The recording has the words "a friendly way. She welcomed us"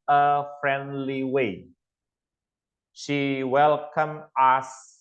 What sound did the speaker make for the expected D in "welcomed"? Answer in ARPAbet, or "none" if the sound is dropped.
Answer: none